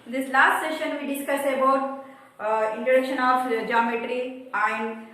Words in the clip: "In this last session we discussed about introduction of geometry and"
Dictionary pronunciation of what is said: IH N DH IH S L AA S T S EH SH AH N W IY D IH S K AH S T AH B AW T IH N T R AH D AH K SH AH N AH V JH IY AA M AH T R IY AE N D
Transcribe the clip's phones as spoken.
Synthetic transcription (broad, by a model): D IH S L AA S T S EH SH AH N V IY D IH S K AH S AH B AW T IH N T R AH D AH K SH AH N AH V JH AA M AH T R IY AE N D